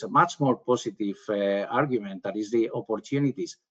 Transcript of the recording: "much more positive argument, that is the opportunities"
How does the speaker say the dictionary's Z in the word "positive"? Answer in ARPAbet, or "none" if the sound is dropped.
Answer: S